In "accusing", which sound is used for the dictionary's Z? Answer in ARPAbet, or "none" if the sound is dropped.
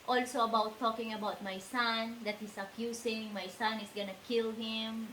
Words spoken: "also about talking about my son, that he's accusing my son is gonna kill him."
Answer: S